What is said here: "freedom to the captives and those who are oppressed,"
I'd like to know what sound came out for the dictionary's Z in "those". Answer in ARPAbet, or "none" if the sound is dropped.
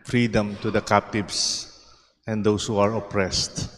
S